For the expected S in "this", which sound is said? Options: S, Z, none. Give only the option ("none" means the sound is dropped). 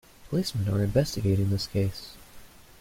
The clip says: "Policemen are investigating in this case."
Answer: S